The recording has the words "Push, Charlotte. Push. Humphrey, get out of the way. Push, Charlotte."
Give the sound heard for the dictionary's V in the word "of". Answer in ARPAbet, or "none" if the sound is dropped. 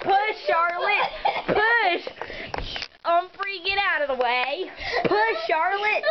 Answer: V